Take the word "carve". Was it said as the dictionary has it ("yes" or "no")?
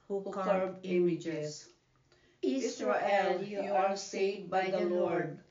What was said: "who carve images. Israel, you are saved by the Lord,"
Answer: no